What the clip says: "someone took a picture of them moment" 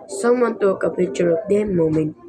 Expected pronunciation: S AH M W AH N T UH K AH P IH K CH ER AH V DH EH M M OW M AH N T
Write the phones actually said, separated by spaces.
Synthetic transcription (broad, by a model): S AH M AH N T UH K AH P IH CH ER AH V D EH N M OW M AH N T